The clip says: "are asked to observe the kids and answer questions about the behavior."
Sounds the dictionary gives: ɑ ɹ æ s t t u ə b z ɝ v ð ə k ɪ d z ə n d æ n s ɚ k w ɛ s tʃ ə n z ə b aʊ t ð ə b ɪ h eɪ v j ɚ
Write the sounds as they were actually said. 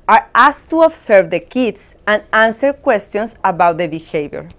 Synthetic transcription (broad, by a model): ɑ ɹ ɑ s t t u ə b s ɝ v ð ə k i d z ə n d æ n s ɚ k w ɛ s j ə n s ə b aʊ t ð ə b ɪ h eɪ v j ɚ